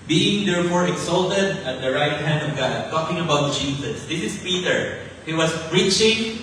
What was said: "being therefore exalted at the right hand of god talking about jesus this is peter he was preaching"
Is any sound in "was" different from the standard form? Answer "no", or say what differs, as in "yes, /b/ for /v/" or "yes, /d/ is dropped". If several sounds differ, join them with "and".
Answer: yes, /s/ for /z/